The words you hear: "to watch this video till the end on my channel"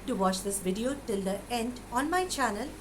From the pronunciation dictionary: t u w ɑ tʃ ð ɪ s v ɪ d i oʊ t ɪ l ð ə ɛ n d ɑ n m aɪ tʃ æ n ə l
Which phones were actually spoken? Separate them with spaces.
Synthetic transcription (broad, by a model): t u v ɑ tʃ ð ɪ s v ɪ d i oʊ t ɪ l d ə ɛ n d ɑ n m aɪ tʃ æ n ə l